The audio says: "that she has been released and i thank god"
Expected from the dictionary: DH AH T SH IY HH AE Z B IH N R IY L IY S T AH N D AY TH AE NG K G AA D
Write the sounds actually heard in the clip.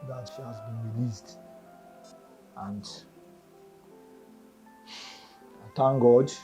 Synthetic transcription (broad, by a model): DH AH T SH IY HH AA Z B IH N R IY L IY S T AH N D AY T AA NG G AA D